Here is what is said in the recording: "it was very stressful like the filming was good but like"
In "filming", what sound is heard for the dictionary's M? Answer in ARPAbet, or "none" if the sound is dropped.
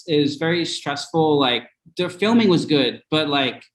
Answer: M